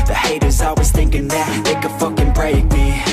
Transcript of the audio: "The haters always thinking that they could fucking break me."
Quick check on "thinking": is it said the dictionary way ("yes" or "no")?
yes